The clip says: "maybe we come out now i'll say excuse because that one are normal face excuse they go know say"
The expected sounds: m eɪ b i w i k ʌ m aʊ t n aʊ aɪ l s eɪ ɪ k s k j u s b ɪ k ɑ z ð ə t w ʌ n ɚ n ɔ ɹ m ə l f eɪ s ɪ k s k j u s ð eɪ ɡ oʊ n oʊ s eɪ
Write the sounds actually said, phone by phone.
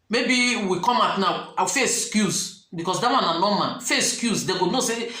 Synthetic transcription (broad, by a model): m eɪ b i w i k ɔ m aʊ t n aʊ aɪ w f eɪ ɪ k s k j u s b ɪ k ɑ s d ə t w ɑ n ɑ n ɔ m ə n f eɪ ɪ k s k j u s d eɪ ɡ oʊ n oʊ s eɪ